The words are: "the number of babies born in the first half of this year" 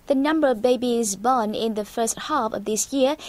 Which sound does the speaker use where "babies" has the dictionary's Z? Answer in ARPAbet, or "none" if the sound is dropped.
Z